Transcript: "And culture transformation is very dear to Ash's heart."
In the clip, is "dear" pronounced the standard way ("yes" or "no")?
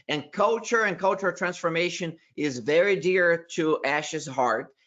yes